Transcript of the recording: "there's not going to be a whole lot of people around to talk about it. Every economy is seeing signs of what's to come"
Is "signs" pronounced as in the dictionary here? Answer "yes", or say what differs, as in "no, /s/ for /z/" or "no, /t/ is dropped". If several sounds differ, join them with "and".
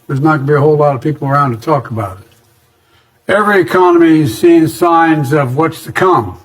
yes